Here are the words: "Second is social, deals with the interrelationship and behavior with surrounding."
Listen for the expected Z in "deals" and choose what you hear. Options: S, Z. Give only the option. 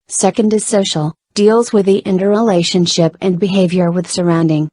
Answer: Z